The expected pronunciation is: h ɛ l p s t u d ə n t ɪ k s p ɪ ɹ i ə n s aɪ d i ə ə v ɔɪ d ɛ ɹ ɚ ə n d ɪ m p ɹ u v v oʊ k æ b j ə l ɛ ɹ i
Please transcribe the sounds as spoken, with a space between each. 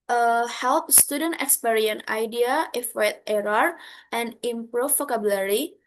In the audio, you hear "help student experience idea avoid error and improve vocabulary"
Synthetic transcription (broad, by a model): h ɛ l p s t u d ə n t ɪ k s p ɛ ɹ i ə n aɪ d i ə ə f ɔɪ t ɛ ɹ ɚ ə n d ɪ m p ɹ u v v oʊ k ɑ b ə l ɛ ɹ i